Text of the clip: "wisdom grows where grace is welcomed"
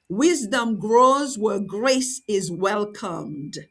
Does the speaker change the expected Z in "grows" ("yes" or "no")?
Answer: no